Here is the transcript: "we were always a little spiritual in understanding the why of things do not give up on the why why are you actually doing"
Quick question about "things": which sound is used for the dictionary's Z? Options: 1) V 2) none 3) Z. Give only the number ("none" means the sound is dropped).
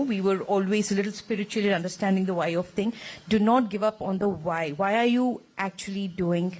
2